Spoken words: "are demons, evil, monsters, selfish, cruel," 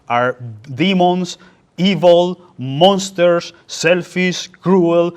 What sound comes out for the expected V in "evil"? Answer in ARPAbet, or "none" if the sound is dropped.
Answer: V